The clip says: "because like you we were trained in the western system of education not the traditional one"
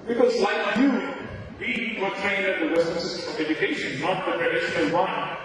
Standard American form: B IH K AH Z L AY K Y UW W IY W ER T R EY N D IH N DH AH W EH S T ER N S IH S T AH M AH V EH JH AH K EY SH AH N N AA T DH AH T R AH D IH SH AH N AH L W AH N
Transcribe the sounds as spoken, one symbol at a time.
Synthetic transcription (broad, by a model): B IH K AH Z L AY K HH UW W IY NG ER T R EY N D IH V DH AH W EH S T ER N S IH S T AH M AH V EH JH AH K EY SH AH N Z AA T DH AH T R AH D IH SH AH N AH N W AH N